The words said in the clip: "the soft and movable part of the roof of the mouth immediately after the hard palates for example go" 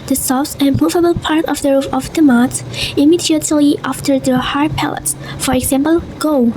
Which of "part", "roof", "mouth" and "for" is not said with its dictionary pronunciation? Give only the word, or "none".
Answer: mouth